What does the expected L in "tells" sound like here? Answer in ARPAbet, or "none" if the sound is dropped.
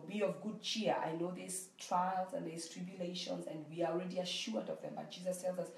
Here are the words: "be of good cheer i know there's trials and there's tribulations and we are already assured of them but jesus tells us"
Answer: L